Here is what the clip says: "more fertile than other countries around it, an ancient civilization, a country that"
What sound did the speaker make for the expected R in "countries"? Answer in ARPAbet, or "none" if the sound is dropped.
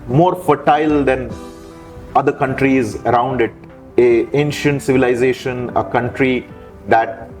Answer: R